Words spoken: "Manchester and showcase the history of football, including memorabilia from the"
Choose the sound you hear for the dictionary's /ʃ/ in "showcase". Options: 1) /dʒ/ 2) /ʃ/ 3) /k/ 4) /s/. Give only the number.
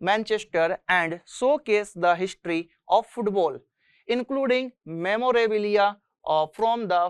4